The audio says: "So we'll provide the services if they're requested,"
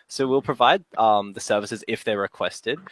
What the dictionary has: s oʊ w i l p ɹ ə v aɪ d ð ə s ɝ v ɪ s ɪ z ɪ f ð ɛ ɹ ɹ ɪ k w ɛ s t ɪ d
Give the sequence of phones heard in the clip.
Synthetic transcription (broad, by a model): s oʊ w i l p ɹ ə v aɪ d ð ə s ɝ v ɪ s ɪ z ɪ f ð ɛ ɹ ɹ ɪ k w ɛ s t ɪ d